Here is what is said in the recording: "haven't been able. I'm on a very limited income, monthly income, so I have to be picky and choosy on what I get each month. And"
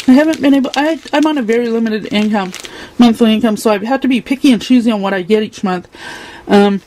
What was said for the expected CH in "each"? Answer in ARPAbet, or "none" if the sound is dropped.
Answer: CH